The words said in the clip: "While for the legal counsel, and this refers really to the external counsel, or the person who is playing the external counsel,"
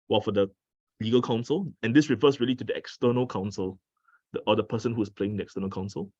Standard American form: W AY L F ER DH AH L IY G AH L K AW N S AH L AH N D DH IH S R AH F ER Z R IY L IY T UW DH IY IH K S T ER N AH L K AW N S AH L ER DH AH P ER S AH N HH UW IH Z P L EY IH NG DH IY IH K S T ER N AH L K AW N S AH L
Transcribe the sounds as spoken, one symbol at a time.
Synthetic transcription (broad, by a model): W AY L F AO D AH L IY G AH L K AW N S AH L AH N D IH S R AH F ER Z R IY L IY T UW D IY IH K S T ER N AH L K AW N S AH L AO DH AH P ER S AH N HH UW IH S P L EY IH NG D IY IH K S T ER N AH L K AW N S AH L